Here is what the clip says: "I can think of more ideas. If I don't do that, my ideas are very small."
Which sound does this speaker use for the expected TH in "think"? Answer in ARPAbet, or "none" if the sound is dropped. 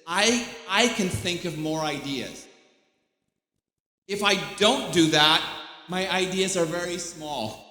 TH